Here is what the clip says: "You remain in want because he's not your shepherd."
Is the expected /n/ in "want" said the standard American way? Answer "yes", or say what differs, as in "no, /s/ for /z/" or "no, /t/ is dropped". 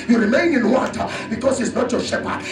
no, /n/ is dropped